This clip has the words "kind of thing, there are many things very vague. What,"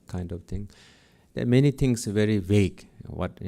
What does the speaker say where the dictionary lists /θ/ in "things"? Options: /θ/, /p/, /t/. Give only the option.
/t/